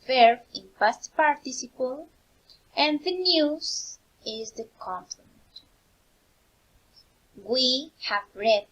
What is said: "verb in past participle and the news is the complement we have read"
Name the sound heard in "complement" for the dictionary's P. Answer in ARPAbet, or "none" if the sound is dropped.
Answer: F